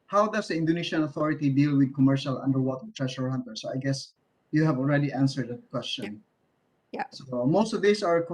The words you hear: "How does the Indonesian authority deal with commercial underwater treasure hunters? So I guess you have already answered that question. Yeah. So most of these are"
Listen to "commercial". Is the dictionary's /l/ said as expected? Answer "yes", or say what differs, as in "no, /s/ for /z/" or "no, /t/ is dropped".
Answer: yes